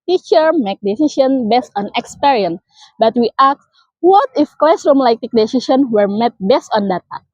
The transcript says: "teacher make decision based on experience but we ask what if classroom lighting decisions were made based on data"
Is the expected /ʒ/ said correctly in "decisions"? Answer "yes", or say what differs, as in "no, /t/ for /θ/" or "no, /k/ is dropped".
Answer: no, /ʃ/ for /ʒ/